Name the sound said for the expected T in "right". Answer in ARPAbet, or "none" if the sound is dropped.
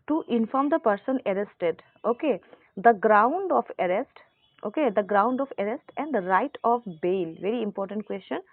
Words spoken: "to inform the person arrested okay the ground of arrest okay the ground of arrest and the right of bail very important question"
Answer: T